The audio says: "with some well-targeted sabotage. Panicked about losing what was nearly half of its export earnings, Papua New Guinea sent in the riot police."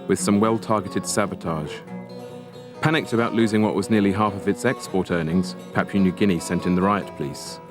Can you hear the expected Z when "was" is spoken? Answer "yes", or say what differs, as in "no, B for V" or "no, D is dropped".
yes